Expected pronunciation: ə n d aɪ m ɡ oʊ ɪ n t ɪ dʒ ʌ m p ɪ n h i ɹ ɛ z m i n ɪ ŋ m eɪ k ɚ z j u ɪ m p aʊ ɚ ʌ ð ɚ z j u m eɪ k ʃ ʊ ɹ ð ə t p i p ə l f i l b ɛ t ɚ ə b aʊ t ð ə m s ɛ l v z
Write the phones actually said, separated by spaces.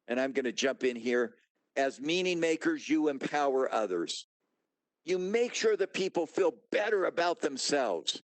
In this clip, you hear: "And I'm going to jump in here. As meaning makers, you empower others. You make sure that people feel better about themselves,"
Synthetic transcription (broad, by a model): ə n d aɪ m ɡ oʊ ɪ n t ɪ dʒ ʌ m p ɪ n h i ɹ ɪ z m i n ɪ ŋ m eɪ k ɚ z j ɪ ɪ m p aʊ ɚ ʌ ð ɚ z j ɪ m eɪ k ʃ ʊ ɹ ð ə t p i p l f i l b ɛ t ɚ ə b aʊ t ð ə m s ɛ l v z